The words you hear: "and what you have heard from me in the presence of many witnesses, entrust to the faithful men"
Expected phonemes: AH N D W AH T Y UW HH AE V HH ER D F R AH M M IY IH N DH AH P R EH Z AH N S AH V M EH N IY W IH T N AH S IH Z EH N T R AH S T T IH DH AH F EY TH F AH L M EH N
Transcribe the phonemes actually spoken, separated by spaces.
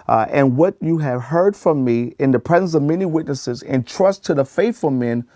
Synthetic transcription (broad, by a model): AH N W AH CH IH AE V HH ER D F R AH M M IY IH N DH AH P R EH Z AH N S AH V M EH N IY W IH T N AH S IH Z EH N T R AH S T T IH DH AH F EY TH F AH L M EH N